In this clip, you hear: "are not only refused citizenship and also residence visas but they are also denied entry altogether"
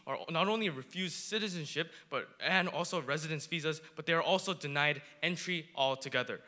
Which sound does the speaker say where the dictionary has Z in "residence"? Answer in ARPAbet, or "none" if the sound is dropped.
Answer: Z